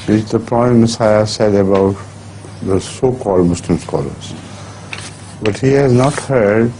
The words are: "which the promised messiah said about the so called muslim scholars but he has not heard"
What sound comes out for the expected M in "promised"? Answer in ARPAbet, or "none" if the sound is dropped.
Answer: none